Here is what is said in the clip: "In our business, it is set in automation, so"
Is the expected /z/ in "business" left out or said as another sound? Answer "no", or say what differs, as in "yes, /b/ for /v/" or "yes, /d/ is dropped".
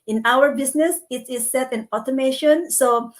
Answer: yes, /s/ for /z/